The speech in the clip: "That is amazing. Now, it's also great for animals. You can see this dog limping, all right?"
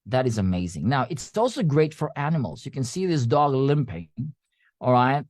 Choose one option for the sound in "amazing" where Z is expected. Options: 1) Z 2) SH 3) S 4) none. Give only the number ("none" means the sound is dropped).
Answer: 1